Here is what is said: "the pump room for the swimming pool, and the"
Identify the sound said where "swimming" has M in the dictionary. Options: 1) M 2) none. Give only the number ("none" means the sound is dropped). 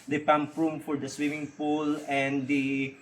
1